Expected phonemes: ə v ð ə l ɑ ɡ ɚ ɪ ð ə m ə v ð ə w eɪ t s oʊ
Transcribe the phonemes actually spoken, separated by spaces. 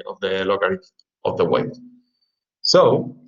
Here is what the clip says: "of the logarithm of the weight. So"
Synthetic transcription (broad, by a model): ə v ð ə l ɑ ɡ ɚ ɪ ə ə v ð ə w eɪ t s oʊ